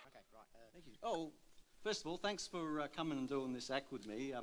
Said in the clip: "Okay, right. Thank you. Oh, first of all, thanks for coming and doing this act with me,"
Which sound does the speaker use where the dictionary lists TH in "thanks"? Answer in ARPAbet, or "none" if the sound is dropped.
TH